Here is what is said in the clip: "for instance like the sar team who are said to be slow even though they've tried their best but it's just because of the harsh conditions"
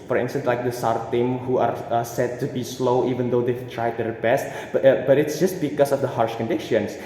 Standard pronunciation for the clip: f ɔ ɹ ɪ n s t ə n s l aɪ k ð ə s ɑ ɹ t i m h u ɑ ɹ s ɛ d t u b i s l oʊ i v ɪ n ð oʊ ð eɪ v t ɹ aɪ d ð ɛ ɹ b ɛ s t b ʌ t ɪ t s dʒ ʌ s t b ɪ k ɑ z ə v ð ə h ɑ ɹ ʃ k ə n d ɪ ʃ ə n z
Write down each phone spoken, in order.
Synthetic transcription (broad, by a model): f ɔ ɹ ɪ n s t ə n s l aɪ k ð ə s ɑ ɹ t i m h u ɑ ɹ s ɛ d t u b i s l oʊ i v ɪ n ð oʊ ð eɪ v t ɹ aɪ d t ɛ ɹ b ɛ s t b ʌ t ɪ t s dʒ ʌ s t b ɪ k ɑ s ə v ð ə h ɑ ɹ ʃ k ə n d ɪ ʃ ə n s